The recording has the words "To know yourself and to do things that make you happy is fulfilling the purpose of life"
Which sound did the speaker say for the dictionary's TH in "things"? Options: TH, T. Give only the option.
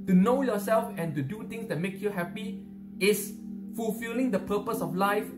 T